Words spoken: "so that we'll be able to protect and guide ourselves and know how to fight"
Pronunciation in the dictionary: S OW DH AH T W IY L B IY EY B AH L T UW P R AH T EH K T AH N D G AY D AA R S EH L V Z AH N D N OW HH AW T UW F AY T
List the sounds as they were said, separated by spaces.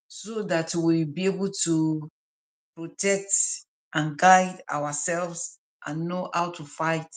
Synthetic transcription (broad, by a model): S OW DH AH T W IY B IY EY B AH L T UW P R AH T EH K T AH N G AY D AA W S EH L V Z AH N N OW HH AW T UW F AY T